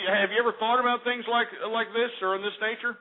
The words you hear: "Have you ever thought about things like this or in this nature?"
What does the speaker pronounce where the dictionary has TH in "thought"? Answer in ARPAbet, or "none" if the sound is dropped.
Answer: TH